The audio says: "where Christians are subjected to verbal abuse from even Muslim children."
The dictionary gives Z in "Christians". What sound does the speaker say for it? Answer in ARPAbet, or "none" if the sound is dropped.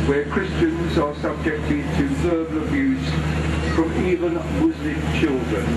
Z